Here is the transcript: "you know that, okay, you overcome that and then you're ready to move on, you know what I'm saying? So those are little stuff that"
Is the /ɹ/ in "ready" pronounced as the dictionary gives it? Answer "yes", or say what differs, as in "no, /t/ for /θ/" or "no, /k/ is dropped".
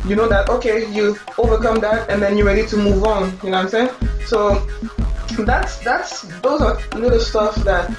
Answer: yes